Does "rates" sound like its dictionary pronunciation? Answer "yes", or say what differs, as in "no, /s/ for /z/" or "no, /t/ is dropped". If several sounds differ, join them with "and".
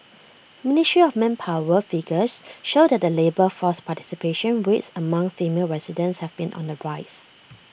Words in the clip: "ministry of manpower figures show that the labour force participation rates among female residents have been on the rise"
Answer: no, /w/ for /ɹ/